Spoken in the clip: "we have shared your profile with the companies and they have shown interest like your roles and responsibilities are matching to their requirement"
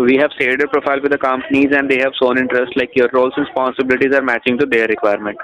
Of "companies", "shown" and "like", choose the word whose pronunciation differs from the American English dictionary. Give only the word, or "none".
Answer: shown